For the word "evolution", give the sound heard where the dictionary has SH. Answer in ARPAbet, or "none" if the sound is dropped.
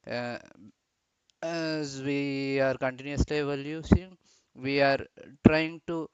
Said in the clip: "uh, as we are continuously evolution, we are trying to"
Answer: S